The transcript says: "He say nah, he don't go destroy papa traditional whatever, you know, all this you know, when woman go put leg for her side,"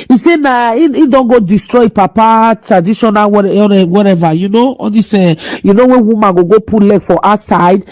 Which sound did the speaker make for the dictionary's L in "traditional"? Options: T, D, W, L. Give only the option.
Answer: W